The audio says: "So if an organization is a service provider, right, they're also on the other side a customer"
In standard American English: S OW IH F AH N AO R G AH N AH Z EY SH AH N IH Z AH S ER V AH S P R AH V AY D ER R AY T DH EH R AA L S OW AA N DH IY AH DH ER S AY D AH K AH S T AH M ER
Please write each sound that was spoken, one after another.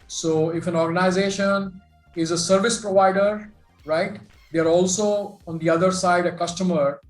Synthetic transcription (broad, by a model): S OW IH F AH N AO R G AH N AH Z EY SH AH N IH Z AH S ER V AH S P R AH V AY D ER R AY T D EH R AA L S OW AA N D IY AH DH ER S AY D AH K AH S T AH M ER